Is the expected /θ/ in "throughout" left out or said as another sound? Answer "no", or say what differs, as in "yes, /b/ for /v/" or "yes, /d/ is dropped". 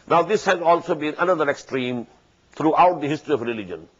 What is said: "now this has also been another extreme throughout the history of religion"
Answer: yes, /t/ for /θ/